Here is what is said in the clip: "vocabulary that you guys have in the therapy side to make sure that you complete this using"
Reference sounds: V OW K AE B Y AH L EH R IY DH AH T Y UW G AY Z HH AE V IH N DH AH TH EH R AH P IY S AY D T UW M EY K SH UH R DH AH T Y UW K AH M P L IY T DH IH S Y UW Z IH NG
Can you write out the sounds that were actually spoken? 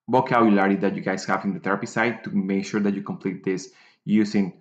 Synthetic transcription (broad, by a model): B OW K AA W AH L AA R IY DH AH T Y UW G AY S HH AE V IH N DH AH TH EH R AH P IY S AY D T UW M EY K SH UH R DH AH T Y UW K AH M P L IY T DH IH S Y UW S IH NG